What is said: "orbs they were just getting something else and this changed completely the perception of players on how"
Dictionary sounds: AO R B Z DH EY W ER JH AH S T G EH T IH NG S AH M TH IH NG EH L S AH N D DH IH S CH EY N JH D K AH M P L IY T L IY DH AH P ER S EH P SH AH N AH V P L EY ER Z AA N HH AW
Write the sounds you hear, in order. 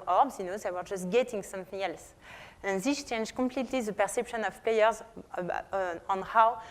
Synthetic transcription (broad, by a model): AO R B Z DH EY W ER JH AH S T G EH T IH NG S AH M TH IH NG EH L S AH N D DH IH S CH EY N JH K AH M P L IY T L IY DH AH P ER S EH P SH AH N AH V P L EY ER Z AA N HH AW